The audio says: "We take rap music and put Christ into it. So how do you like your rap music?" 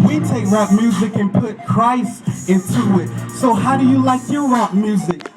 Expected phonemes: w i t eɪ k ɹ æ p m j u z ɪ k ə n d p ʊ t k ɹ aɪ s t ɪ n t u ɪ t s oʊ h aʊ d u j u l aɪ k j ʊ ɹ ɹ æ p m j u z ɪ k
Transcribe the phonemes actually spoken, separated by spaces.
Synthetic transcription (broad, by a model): w i t eɪ k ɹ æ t m j u z ɪ k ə n p ʊ t k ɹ aɪ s ɪ n t u ɪ t s oʊ h aʊ d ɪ j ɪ l aɪ k j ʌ ɹ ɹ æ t m j u z ɪ k